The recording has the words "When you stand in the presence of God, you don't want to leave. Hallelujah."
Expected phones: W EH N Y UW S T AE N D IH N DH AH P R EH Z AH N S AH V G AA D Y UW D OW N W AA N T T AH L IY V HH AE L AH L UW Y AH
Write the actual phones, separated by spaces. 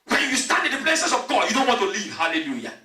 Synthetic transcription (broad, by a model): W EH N Y UW S T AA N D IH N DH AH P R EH S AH S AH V G AA D Y UW D OW N W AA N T T AH L IY V HH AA L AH L UW Y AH